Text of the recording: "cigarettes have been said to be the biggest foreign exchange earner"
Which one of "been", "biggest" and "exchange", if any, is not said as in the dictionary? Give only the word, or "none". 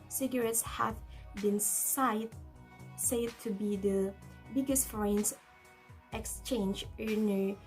none